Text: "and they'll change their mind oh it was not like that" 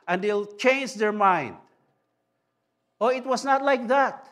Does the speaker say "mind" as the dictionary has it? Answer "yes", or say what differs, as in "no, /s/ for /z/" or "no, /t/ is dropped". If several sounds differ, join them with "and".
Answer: yes